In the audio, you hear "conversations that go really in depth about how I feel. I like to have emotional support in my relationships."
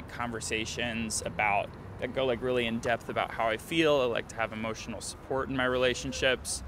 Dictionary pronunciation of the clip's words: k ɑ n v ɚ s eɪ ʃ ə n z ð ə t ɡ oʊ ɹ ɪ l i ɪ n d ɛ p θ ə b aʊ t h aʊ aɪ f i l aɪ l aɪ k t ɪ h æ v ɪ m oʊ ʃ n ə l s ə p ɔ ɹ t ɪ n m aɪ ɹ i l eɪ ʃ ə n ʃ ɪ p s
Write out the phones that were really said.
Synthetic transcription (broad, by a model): k ɑ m v ɚ s eɪ ʃ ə n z ð ə t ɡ oʊ ɹ ɪ l i ɪ n d ɛ p θ ə b aʊ t h aʊ aɪ f i l aɪ l aɪ k t ɪ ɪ v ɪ m oʊ ʃ n l s ə p ɔ ɹ t n m aɪ ɹ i l eɪ ʃ n ʃ ɪ p s